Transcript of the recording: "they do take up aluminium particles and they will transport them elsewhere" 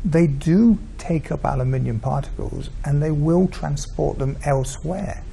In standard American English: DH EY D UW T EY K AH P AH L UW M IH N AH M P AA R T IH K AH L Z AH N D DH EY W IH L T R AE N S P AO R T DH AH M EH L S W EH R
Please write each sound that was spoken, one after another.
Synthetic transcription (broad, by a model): DH EY D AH T EY K AH P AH L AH M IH N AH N P AA R T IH K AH L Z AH N DH EY W IH L T R AE N S P AO R T DH AH M EH L S W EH R